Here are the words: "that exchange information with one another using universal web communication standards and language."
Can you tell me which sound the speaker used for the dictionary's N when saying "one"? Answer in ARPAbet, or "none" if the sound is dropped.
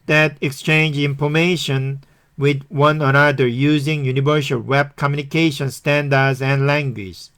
N